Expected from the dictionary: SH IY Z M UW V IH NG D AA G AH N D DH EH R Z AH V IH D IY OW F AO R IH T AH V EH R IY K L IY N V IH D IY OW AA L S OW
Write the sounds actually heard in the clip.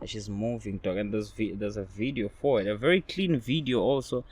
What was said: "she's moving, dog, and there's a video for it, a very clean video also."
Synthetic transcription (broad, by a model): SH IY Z M UW V IH NG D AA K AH N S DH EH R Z AH V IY D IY OW F AO W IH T AH V EH R IY K L IY N V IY D IY OW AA L S OW